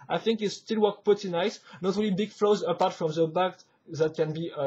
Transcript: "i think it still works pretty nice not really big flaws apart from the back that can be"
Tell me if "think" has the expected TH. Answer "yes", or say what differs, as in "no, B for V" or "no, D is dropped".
yes